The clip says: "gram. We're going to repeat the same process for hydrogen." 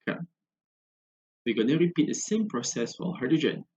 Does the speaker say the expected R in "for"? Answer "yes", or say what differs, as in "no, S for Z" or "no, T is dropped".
no, L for R